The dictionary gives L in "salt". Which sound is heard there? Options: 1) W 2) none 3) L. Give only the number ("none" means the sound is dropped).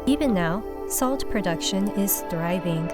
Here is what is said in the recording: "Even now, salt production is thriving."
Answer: 3